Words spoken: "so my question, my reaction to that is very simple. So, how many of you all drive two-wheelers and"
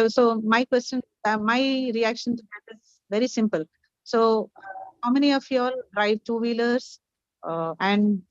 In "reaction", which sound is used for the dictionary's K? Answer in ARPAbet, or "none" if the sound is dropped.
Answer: K